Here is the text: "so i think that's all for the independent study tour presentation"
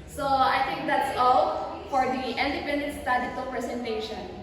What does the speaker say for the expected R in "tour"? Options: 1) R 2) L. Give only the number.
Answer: 2